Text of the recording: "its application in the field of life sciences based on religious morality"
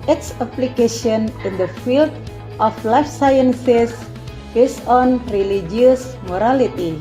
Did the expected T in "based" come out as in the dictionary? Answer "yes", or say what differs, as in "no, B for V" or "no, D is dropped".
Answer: no, T is dropped